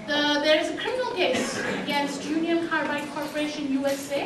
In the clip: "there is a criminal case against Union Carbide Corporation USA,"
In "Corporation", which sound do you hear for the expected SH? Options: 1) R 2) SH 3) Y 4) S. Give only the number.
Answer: 2